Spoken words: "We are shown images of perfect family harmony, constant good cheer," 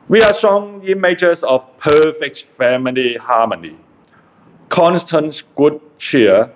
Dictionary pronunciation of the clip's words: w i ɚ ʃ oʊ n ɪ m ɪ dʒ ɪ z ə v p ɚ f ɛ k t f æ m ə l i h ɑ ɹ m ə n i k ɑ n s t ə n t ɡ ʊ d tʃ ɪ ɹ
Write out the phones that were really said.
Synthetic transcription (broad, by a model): w i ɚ s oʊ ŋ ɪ m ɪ dʒ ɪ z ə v p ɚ f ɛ k t f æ m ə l i h ɑ m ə n i k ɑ n s t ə n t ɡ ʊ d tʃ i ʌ